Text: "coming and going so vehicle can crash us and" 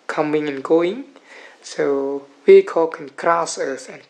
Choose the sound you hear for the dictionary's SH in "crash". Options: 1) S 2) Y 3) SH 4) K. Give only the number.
1